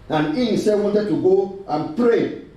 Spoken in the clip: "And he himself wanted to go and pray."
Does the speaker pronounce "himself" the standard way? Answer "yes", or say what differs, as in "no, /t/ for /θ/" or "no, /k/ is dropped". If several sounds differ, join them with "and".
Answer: no, /m/ is dropped